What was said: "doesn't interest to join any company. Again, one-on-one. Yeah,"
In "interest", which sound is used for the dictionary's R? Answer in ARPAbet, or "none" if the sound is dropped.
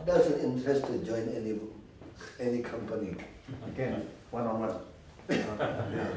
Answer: none